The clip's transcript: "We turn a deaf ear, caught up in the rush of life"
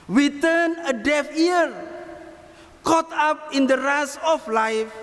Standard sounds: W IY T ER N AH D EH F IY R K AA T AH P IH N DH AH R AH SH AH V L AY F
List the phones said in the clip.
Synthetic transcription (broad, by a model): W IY T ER N AH D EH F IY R K AA T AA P IH N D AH R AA S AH F L AY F